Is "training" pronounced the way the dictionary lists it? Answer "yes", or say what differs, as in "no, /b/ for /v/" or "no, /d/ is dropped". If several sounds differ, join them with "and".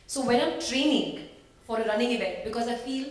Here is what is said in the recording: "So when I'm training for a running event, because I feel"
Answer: yes